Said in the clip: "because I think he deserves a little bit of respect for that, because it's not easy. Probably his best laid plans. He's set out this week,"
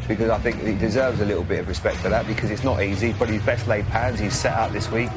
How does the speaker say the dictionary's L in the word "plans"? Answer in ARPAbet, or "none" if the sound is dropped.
none